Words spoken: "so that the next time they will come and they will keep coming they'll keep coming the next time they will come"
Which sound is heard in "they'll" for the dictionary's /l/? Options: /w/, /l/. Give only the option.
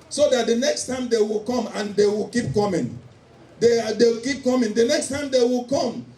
/w/